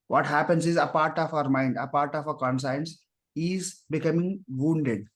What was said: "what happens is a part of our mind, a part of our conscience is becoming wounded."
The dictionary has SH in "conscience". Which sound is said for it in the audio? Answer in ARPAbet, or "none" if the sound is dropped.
S